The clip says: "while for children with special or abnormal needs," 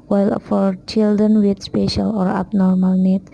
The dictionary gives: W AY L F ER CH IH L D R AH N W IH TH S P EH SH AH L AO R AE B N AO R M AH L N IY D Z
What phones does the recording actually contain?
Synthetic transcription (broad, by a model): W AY L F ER CH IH L D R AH N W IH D S P EH SH AH L AO R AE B N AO R M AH L N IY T